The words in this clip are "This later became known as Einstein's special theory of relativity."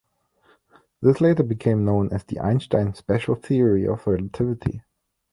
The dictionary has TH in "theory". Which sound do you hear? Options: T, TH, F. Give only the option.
TH